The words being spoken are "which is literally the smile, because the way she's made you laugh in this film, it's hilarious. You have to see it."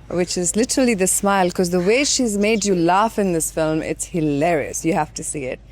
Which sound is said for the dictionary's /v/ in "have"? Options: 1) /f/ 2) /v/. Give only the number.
1